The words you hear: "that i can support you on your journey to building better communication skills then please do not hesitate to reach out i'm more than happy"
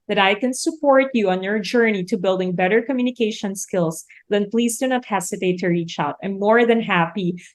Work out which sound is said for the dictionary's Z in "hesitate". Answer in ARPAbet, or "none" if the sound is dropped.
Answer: S